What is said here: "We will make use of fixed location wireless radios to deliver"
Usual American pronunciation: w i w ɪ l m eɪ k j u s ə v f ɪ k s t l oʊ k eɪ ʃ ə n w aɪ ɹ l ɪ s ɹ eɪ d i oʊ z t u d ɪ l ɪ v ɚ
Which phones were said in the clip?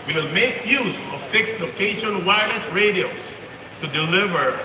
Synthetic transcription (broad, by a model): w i w ɪ l m eɪ k j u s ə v f ɪ k s t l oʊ k eɪ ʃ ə n w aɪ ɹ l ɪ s ɹ eɪ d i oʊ s t u d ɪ l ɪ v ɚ